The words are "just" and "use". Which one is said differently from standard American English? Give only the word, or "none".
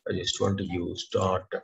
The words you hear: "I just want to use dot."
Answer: none